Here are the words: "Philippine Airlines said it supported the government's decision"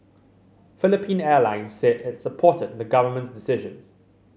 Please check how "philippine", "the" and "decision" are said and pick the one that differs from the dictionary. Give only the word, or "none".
none